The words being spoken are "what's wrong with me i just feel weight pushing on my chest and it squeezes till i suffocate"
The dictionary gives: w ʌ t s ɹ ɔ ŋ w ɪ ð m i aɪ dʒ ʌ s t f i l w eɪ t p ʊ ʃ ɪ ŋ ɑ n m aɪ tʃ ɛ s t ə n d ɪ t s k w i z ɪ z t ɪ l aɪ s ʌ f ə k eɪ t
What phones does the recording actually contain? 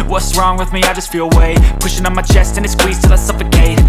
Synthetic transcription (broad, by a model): w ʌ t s ɹ ɔ ŋ w ɪ ð m i aɪ dʒ ʌ s t f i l w eɪ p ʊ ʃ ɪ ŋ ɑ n m aɪ tʃ ɛ s t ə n ɪ t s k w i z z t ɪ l aɪ s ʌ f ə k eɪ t